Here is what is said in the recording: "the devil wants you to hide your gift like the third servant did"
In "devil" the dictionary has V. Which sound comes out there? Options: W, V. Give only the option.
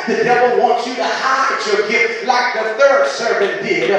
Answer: V